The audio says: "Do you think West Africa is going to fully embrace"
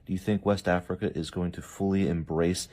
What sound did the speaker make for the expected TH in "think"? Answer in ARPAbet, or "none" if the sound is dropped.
TH